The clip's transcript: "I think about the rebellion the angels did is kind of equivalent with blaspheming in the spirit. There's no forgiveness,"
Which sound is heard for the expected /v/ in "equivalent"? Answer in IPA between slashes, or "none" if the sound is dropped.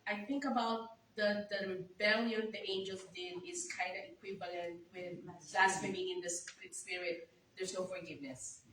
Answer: /v/